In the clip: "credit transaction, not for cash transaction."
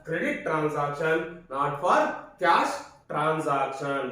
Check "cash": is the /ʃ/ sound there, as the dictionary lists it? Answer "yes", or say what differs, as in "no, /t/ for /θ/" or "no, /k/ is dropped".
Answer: no, /s/ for /ʃ/